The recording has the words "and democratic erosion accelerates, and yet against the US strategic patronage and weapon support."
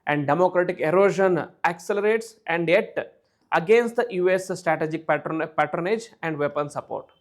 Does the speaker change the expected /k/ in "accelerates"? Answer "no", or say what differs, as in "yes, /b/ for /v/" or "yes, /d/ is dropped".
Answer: no